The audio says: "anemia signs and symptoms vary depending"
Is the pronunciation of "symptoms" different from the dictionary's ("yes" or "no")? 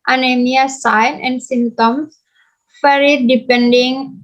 yes